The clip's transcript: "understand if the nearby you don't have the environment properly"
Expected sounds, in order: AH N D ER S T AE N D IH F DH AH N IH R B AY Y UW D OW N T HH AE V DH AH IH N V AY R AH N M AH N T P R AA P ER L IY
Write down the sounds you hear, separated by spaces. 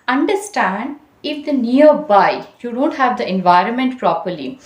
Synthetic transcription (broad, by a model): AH N D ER S T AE N D IH F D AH N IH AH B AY Y UW D OW N T HH AE V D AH IH N V AY R AH N M AH N T P R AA P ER L IY